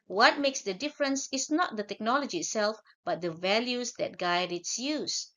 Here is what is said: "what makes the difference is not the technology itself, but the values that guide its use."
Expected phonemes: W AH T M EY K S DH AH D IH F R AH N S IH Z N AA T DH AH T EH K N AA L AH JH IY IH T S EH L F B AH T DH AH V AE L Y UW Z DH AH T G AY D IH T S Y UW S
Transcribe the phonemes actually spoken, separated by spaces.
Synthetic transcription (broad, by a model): W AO T M EY K S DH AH D IH F R AH N S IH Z N AA T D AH T EH K N AA L AH JH IY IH T S EH L F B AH T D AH V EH L Y UW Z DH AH T G AY D IH T S Y UW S